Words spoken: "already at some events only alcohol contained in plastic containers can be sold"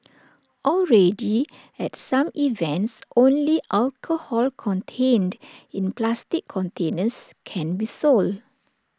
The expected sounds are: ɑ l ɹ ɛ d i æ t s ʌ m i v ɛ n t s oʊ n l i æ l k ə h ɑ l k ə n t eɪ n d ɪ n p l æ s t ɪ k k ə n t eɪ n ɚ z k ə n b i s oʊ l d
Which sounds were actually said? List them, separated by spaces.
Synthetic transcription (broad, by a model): ɑ l ɹ ɛ d i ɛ t s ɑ m i v ɛ n t s oʊ n l i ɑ l k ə h ɑ l k ə n t eɪ n d ɪ n p l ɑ s t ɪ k k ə n t eɪ n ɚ s k ə n b i s oʊ l d